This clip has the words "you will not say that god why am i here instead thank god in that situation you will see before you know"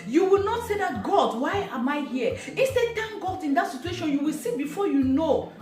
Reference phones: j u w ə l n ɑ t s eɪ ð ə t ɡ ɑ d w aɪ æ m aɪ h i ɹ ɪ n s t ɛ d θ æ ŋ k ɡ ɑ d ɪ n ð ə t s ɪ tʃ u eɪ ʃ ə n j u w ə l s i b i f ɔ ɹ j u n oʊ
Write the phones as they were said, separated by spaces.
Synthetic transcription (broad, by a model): j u w ə l n ɑ t s eɪ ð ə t ɡ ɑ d w aɪ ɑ m aɪ h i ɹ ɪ s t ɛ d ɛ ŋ ɡ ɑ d ɪ n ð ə t s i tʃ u eɪ ʃ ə n j u w ə l s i b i f ɔ j u n oʊ